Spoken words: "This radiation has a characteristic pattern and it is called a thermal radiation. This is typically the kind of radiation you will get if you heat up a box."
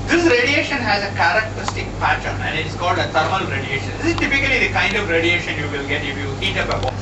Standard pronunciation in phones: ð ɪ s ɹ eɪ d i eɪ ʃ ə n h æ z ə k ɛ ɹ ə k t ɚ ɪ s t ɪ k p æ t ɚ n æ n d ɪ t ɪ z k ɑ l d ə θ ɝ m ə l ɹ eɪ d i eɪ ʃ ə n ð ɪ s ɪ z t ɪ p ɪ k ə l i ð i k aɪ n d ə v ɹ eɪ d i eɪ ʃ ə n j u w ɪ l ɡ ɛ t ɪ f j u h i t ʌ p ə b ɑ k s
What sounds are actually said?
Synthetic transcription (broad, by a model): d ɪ s ɹ eɪ d i eɪ ʃ ə n h æ z ə k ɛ ɹ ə k t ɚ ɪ s t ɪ k p æ t ɚ n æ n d ɪ t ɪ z k ɑ l d ə t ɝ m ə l ɹ eɪ d i eɪ ʃ ə n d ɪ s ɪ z t ɪ p ɪ k ə l i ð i k aɪ n d ə v ɹ eɪ d i eɪ ʃ ə n j u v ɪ l ɡ ɛ t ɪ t j u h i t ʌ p ə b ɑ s